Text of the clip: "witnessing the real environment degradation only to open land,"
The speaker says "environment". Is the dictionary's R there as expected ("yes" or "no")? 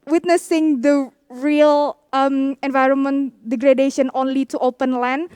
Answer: yes